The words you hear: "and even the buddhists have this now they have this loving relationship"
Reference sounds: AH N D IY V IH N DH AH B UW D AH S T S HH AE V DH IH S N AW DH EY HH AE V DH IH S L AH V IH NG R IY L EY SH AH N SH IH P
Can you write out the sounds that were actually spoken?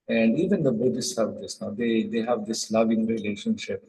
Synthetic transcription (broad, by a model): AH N D IY V IH N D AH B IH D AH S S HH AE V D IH S N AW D EY HH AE V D IH S L AH V IH NG R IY L EY SH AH N SH IH P